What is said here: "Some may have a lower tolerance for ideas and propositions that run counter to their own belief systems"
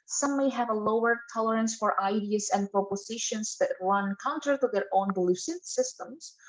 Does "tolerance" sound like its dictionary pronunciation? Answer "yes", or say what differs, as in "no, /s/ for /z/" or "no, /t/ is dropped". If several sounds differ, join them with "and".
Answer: yes